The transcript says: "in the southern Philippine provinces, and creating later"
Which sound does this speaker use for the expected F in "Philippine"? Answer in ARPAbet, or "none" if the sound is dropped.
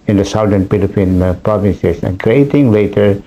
P